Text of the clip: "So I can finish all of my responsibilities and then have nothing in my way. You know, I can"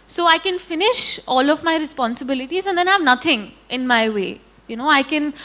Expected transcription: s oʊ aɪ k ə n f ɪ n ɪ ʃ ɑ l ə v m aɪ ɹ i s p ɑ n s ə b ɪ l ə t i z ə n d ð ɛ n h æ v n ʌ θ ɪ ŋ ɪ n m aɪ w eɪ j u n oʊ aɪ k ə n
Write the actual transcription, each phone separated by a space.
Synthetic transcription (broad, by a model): s oʊ aɪ k ə n f ɪ n ɪ ʃ ɑ l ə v m aɪ ɹ i s p ɑ n s ə b ɪ l ə t i z ə n d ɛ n h æ v n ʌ t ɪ ŋ ɪ n m aɪ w eɪ j u n oʊ aɪ k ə n